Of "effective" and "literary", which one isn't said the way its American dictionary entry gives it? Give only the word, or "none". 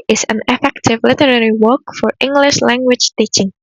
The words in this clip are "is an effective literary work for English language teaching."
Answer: none